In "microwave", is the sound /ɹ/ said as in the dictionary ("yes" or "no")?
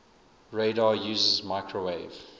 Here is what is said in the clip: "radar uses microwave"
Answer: yes